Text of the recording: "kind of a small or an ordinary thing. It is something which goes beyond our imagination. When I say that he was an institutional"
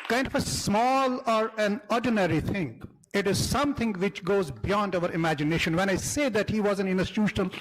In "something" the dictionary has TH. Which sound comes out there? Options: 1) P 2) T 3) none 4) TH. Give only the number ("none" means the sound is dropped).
2